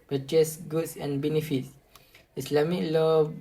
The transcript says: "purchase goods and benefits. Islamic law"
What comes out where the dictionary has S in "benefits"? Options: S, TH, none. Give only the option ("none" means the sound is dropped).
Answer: S